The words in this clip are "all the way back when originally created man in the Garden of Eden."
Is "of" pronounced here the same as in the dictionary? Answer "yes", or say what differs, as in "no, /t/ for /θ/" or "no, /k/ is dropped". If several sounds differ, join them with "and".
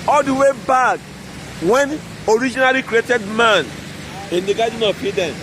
no, /p/ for /v/